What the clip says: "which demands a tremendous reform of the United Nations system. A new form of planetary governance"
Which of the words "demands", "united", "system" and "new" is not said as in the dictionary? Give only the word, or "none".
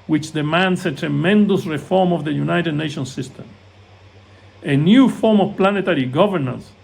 demands